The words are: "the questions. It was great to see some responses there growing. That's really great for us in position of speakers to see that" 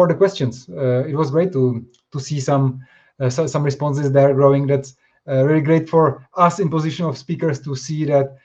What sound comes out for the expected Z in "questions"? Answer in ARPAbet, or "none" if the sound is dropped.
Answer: S